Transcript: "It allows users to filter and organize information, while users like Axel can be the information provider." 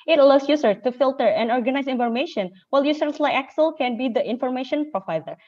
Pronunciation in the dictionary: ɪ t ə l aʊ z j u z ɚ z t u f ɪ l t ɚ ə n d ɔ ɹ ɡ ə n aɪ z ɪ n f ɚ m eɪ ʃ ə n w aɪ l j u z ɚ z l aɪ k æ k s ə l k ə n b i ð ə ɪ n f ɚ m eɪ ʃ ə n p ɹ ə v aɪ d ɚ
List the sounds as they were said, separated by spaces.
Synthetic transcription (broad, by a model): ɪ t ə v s j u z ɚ t u f ɪ l t ɚ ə n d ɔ ɹ ɡ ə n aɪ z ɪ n f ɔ m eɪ ʃ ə n w aɪ l j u s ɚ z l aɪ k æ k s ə l k ə n b i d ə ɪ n f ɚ m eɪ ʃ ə n p ɹ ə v aɪ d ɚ